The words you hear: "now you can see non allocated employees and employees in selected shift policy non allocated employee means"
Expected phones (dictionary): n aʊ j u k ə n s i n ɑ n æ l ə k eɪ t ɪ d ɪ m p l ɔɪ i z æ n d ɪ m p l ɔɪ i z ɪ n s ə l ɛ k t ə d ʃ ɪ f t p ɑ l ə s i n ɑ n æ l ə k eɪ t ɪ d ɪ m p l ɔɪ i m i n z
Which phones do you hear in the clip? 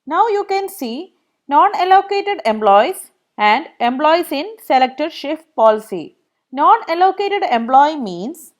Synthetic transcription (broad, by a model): n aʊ j u k ə n s i n ɑ n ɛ l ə k eɪ t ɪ d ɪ m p l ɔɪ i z æ n d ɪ m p l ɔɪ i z ɪ n s ə l ɛ k t ə d ʃ ɪ f t p ɑ l ə s i n ɑ n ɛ l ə k eɪ t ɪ d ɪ m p l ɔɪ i m i n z